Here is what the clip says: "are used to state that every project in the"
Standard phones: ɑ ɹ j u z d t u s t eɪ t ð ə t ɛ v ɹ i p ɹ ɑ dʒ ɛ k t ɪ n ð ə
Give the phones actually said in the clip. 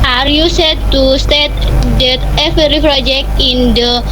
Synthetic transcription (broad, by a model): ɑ ɹ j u s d t u s t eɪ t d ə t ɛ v ɹ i p ɹ ɑ dʒ ɛ k t ɪ n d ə